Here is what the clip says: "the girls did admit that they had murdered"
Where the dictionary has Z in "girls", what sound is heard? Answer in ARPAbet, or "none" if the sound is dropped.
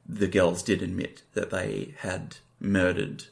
Z